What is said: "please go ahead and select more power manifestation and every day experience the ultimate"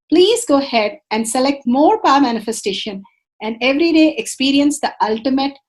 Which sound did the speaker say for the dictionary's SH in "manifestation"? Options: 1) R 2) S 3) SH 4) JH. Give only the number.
3